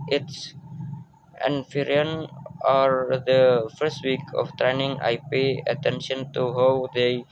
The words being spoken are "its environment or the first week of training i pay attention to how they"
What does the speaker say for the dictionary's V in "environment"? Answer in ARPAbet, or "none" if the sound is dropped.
F